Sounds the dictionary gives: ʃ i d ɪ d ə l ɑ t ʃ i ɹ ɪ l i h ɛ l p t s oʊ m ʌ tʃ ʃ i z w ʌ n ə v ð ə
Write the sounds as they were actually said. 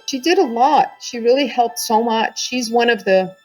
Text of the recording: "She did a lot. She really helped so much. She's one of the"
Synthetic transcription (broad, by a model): ʃ i d ɪ d ə l ɑ t ʃ i ɹ ɪ l i h ɛ l p t s oʊ m ʌ tʃ ʃ i z w ʌ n ə v ð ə